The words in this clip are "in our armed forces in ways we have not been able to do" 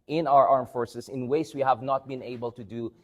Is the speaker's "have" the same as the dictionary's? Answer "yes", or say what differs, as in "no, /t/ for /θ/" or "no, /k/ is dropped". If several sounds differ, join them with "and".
yes